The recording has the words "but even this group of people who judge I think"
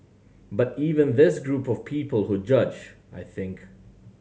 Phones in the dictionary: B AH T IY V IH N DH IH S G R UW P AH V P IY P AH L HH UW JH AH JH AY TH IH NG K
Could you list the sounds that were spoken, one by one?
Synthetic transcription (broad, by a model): B AH T IY V IH N DH IH S G R UW P AH V P IY P AH L HH UW JH AH JH AY TH IH NG K